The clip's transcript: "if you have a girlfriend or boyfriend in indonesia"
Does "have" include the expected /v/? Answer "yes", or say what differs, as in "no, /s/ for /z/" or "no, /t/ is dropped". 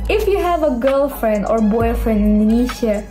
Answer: yes